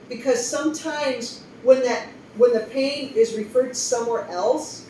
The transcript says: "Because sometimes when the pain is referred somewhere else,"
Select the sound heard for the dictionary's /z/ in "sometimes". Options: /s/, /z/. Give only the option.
/z/